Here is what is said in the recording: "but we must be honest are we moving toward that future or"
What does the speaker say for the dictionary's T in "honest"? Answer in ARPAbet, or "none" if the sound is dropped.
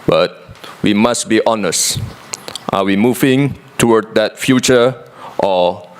T